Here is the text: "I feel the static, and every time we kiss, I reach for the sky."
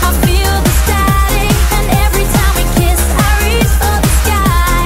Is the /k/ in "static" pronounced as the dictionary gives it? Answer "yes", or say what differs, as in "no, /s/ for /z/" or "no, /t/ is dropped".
no, /k/ is dropped